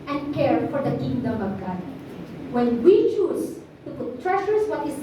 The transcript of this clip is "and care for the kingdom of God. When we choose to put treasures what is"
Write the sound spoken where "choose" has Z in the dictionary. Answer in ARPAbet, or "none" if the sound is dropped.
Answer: S